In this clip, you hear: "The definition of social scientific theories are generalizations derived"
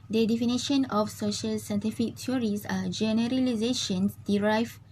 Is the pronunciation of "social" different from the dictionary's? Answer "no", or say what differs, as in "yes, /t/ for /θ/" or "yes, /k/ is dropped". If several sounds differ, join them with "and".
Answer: no